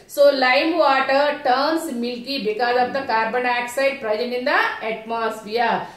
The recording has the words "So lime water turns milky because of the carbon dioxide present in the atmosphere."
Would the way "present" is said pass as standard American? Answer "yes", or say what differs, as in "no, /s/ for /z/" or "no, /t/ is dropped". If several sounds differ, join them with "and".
no, /t/ is dropped